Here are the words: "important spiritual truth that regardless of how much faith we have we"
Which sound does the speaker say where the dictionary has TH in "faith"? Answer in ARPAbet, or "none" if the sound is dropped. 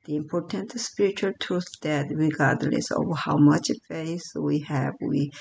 S